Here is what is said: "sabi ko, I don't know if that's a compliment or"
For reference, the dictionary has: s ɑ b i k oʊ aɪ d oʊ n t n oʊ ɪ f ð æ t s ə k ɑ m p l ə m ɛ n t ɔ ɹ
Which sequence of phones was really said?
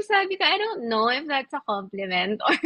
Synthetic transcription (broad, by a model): s ɑ b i k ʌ aɪ d oʊ n t n oʊ ɪ f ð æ t s ə k ɑ m p l ə m ɛ n t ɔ ɹ